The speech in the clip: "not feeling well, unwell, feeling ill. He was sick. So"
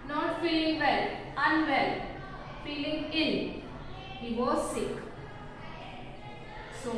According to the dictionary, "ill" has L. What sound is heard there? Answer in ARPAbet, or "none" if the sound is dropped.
N